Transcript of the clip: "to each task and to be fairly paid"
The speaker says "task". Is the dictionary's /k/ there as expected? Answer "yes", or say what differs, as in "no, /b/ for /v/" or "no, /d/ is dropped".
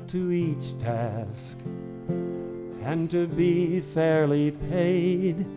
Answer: yes